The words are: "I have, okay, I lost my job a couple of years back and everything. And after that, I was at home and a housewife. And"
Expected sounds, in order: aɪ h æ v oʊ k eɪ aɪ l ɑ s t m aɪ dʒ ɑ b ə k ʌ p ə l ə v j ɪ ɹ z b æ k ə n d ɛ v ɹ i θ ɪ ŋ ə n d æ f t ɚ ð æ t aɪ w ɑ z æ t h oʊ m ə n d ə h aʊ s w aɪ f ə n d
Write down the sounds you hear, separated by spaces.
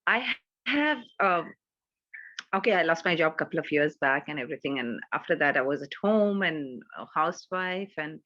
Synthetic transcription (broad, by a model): aɪ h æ v oʊ k eɪ aɪ l ɑ s t m aɪ dʒ ɑ b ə k ʌ p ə l ə v j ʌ ɹ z b æ k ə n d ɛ v ɹ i t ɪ ŋ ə n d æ f t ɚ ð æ t aɪ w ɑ z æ t h oʊ m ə n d ə h aʊ s w aɪ f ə n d